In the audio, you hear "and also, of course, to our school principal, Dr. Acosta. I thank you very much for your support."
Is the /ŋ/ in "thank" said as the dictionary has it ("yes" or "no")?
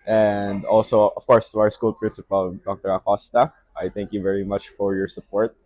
yes